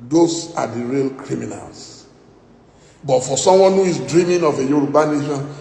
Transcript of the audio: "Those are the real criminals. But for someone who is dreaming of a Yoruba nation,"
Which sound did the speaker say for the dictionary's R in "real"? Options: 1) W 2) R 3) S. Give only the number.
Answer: 2